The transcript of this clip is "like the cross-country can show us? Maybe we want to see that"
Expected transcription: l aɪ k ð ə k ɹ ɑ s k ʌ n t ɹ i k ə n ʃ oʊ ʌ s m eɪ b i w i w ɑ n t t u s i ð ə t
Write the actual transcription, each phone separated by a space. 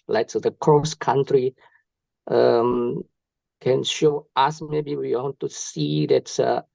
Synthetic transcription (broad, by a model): l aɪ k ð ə k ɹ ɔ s k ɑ n t ɹ i k ə n ʃ oʊ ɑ s m eɪ b i w i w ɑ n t t u s i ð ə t